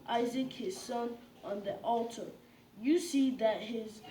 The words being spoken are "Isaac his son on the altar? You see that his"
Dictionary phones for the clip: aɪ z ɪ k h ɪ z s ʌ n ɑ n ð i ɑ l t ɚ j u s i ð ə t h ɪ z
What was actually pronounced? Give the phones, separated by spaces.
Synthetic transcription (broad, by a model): aɪ z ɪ k h ɪ z s ʌ n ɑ n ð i ɑ l t ɚ j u s i ð ə t h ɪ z